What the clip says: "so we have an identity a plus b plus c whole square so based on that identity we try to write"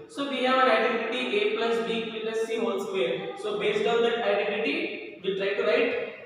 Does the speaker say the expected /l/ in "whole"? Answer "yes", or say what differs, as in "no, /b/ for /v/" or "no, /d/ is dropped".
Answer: no, /n/ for /l/